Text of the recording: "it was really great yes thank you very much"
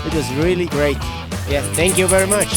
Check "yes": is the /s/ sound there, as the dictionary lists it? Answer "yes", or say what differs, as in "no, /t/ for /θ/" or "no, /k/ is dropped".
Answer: no, /s/ is dropped